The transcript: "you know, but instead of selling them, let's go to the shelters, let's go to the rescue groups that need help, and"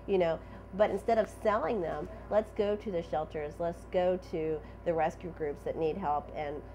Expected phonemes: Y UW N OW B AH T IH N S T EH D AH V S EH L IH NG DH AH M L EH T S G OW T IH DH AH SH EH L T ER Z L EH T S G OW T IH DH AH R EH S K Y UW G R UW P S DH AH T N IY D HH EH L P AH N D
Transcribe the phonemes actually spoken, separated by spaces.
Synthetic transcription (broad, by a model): Y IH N OW B AH T IH N S T EH D AH V S EH L IH NG DH AH M L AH T S G OW T IH DH AH SH EH L T ER Z L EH T S G OW T IH DH AH R EH S K Y UW G R UW P S DH AH T N IY D HH EH L P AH N